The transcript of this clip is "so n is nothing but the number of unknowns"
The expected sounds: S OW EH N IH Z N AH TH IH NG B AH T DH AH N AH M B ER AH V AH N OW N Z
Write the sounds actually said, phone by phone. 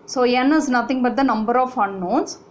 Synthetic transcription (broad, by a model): S OW EH N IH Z N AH T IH NG B AH T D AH N AH M B ER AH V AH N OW N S